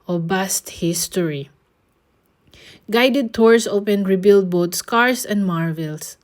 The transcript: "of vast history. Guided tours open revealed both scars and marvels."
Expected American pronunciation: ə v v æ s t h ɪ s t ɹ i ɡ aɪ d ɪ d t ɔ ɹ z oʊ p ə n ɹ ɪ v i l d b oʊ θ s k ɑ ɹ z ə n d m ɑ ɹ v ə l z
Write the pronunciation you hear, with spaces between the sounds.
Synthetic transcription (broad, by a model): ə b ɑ s t h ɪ s t ɹ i ɡ aɪ d ɪ d t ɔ ɹ s oʊ p ə n ɹ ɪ b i l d b oʊ t s k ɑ ɹ s ə n d m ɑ ɹ v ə l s